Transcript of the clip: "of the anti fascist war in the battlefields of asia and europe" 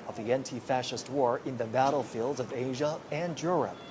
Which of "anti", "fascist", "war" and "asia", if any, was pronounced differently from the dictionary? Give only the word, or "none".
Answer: none